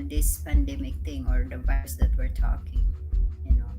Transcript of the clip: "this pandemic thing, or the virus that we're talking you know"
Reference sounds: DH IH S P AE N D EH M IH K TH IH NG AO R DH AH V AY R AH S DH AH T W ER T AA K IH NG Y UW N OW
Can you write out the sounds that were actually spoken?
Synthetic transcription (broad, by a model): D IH S P AE N D EH M IH K T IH NG AO R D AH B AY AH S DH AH T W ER T AA K IH NG Y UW N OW